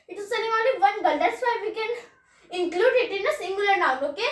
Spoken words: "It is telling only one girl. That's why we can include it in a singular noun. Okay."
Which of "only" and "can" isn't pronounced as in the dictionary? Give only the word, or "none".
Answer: only